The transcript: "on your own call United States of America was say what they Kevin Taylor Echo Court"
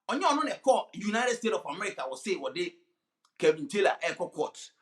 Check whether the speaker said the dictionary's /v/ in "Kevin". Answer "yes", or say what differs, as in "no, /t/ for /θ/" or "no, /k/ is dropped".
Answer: no, /b/ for /v/